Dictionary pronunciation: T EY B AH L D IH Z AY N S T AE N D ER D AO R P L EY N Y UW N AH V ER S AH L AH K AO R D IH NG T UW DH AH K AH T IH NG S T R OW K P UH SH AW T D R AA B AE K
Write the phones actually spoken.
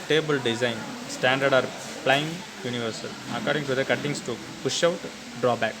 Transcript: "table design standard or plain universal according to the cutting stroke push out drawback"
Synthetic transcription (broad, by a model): T EY B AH L D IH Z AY N S T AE N D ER D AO R P L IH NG Y UW N AH V ER S AH L AH K AO R D IH NG T UW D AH K AH T IH NG S T UW P UH SH AW T D R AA B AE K